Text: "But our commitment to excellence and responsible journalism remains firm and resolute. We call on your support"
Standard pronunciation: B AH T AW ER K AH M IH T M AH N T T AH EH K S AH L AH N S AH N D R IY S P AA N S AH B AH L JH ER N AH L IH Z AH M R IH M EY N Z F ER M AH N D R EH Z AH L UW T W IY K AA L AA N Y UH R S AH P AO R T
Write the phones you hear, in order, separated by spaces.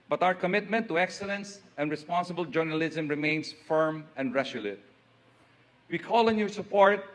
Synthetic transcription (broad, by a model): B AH T AW ER K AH M IH T M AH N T T AH EH K S AH L AH N S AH N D R IY S P AA N S AH B AH L JH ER N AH L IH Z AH M R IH M EY N S F ER M AH N D R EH S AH L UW T W IY K AA L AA N Y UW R S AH P AO R T